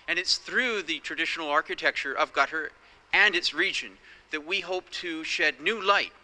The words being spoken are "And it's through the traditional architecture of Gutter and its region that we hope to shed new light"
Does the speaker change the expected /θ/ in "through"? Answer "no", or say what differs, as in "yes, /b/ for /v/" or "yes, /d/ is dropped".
no